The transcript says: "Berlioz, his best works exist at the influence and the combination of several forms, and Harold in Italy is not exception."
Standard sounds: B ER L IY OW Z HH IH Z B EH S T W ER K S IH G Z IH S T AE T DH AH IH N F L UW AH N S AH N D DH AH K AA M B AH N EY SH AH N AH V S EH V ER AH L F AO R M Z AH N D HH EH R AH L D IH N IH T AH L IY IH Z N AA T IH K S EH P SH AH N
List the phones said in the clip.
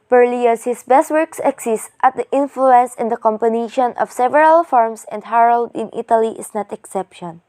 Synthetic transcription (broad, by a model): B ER L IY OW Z HH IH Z B EH S T W ER K S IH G S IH S T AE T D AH IH N F L UW AH N S AH N D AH K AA M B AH N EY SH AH N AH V S EH V ER AH L F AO R M S AH N D HH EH R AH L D IH N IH T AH L IY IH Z N AA T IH K S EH P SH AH N